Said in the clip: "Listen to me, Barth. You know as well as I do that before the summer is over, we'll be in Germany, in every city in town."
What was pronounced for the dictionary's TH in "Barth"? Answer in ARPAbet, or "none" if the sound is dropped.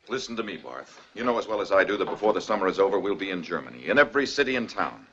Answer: TH